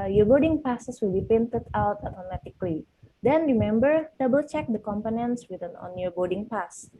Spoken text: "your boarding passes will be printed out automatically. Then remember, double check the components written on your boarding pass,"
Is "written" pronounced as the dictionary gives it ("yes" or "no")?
no